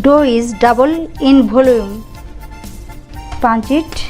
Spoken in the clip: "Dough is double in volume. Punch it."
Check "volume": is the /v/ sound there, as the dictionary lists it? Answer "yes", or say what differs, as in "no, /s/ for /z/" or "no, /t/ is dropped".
no, /b/ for /v/